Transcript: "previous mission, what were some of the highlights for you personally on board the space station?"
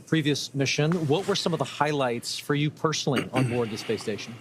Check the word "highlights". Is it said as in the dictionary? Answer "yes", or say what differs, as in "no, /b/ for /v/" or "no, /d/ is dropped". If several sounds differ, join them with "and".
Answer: yes